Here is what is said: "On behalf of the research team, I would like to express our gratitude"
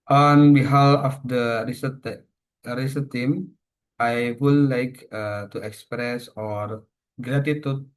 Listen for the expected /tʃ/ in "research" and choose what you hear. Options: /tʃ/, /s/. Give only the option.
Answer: /s/